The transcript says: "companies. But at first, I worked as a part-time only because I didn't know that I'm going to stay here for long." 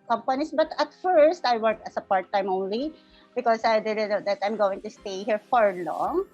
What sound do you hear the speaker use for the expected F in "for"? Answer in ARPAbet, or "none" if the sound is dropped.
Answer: F